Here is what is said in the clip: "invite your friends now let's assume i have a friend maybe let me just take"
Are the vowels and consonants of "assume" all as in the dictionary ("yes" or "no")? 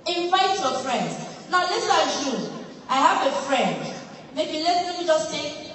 no